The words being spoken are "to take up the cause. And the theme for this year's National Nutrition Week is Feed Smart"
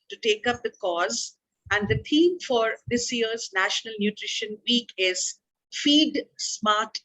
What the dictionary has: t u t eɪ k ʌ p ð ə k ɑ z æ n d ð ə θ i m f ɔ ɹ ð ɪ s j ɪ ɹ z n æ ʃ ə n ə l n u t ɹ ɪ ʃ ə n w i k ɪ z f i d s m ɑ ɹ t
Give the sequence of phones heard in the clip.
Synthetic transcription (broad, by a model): t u t eɪ k ʌ p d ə k ɑ z æ n d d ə t i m f ɔ ɹ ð ɪ s j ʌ ɹ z n æ ʃ ə n ə l n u t ɹ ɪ ʃ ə n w i k ɪ z f i d s m ɑ ɹ t